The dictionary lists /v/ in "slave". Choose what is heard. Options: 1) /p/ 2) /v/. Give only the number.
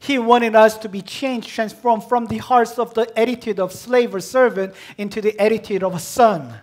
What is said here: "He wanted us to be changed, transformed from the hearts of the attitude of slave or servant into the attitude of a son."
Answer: 2